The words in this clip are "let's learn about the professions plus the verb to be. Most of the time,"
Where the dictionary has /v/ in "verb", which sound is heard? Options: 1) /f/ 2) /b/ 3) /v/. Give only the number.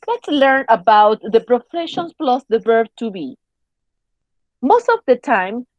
2